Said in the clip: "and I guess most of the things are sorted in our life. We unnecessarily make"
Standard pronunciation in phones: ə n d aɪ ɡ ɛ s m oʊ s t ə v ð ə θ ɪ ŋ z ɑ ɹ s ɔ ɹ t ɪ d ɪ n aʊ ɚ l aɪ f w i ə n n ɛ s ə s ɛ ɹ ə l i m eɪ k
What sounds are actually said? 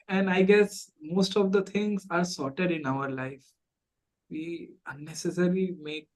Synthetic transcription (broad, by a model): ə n d aɪ ɡ ɛ s m oʊ s t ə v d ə t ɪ ŋ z ɑ ɹ s ɔ ɹ t ɪ d ɪ n aʊ ɚ l aɪ f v i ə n n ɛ s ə s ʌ ɹ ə l i m eɪ k